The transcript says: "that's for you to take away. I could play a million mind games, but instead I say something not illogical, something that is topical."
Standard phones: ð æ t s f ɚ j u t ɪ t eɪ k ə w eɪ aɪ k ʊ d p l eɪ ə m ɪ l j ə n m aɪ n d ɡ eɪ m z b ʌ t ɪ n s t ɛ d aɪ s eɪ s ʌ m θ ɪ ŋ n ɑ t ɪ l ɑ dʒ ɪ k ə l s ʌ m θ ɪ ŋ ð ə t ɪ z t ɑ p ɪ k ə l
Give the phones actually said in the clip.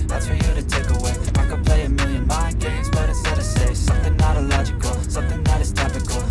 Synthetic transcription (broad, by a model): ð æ t s f ɚ j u t ɪ t eɪ k ə w eɪ aɪ k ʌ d p l eɪ ə m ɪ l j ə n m aɪ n ɡ eɪ m z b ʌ t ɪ s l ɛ d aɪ s eɪ s ʌ m θ ɪ ŋ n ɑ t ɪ l ɑ dʒ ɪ k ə l s ʌ m θ ɪ ŋ ð ə t ɪ z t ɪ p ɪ k l